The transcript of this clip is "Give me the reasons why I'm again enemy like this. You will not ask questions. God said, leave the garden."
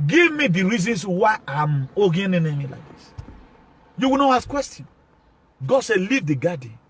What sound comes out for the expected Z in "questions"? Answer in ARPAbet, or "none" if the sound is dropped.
none